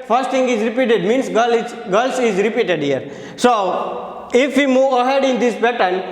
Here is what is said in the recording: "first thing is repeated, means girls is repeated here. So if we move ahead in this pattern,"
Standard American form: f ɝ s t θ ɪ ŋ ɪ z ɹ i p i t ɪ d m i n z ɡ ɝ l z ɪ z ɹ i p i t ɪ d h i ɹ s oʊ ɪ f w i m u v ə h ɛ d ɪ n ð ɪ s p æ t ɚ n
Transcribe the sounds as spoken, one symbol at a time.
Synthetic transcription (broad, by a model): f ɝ s t t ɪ ŋ ɪ z ɹ i p i t ɪ d m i n s ɡ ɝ l s ɪ z ɹ i p i t ɪ d h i ɹ s oʊ ɪ f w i m u v ə h ɛ d ɪ n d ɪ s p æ t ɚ n